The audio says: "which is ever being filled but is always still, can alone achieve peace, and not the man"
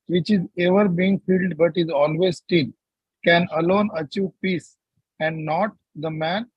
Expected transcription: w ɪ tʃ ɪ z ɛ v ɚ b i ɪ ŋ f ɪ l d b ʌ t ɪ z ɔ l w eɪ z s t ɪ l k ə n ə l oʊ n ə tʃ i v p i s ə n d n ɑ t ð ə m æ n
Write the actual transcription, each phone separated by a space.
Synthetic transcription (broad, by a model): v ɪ tʃ ɪ z ɛ v ɚ b i ɪ ŋ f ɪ l d b ʌ t ɪ z ɔ l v eɪ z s t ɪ n k ə n ə l oʊ n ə tʃ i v p i s ə n d n ɑ t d ə m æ n